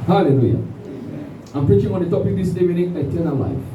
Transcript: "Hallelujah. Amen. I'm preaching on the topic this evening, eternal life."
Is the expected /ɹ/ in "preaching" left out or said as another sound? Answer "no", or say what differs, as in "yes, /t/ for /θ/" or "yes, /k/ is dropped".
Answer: no